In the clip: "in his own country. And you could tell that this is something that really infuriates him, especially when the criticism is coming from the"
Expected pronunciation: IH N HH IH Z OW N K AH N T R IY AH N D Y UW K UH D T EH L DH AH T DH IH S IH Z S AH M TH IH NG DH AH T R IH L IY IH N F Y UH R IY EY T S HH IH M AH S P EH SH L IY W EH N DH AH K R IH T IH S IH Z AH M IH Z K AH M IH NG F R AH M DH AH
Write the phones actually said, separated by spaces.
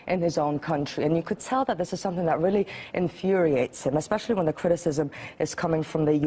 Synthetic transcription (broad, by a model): IH N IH Z OW N K AH N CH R IY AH N Y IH K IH D T EH L DH AH T DH IH S IH Z S AH M TH IH NG DH AH T R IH L IY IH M F Y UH R IY EY T S HH IH M AH S P EH SH L IY W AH N DH AH K R IH T IH S IH Z AH M IH Z K AH M IH NG F R AH M DH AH